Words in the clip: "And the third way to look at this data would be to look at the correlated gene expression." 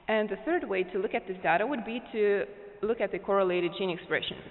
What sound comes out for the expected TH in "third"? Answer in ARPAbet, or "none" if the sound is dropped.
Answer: TH